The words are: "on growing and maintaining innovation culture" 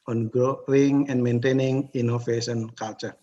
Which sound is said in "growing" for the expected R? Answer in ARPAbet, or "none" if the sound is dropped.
none